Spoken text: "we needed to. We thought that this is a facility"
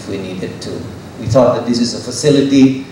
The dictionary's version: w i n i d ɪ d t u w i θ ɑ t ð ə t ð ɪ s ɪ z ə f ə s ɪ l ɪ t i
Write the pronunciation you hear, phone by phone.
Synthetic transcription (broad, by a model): w i n i d ɪ d t u w i θ ɑ t ð ə t ð ɪ s ɪ z ə f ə s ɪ l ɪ t i